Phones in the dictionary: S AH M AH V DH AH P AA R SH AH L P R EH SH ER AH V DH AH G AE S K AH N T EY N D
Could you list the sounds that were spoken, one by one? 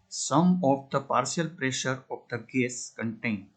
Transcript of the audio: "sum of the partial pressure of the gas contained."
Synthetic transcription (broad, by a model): S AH M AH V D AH P AA R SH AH L P R EH SH ER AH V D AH G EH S K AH N T EY N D